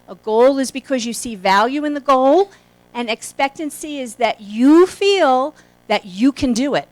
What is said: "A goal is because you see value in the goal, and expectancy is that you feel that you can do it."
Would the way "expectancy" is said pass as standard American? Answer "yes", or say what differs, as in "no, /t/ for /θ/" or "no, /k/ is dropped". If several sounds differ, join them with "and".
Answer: yes